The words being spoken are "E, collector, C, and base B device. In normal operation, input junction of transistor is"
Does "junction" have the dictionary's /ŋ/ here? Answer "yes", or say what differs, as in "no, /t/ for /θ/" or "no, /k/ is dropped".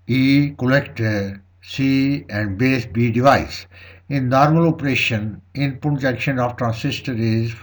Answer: no, /ŋ/ is dropped